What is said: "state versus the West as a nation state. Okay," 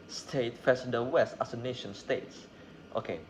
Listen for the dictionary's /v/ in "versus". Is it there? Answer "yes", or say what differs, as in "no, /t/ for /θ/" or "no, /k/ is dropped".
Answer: no, /f/ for /v/